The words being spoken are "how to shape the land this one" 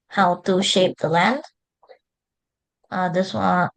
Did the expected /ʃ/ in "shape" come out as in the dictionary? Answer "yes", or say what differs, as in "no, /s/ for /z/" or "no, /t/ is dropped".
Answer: yes